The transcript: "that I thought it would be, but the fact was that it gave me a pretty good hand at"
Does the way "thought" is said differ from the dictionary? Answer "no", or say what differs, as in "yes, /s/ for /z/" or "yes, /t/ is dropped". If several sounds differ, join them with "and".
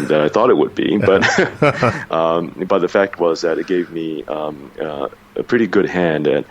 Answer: no